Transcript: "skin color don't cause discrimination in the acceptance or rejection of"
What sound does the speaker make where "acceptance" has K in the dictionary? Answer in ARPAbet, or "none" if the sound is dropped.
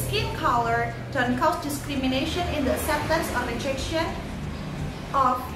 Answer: none